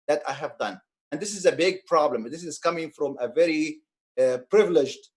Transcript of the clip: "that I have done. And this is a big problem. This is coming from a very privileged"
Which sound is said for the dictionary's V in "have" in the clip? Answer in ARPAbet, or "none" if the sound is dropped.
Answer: V